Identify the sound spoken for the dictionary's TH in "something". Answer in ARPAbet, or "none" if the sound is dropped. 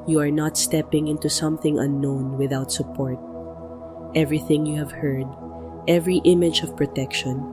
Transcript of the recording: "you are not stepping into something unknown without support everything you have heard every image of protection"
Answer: TH